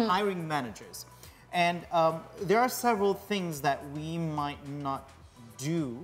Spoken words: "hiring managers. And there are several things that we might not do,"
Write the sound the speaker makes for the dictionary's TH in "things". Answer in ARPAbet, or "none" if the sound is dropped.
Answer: TH